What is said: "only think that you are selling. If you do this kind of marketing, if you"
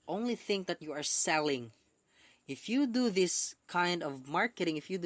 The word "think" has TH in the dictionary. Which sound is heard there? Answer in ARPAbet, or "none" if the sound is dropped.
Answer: TH